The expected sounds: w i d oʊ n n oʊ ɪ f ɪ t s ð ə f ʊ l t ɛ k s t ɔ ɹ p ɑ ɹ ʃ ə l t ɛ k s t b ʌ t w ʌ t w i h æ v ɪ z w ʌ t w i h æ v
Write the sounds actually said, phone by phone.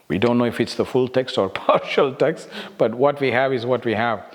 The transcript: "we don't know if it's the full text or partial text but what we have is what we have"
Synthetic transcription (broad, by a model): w i d oʊ n n oʊ ɪ f ɪ t s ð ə f ʊ l t ɛ k s t ɔ ɹ p ɑ ɹ ʃ ə l t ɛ k s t b ʌ t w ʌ t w i h æ v ɪ z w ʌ t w i h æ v